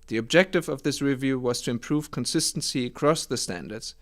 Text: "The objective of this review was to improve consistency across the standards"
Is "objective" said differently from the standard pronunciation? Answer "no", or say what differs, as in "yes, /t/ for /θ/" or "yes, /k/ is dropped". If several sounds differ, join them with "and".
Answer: no